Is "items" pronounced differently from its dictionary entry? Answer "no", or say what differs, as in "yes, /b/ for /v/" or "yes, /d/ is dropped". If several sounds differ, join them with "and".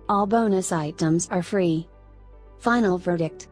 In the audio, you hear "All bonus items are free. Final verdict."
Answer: no